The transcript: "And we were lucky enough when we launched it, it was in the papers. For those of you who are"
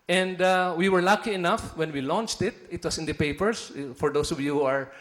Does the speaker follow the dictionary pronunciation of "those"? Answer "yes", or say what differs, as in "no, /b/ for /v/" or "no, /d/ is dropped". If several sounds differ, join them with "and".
no, /s/ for /z/